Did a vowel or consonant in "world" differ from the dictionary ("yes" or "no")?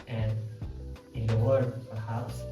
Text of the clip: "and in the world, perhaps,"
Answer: yes